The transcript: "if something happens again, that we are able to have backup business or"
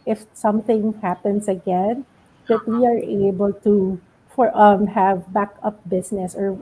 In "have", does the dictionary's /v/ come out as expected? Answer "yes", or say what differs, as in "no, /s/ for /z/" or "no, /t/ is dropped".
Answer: yes